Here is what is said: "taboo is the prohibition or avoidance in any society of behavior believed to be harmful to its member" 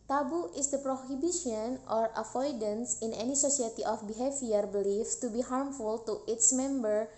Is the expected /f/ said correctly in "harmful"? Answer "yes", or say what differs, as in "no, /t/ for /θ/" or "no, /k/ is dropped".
yes